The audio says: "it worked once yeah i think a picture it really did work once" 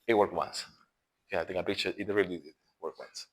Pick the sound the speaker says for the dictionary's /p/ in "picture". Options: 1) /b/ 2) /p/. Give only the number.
1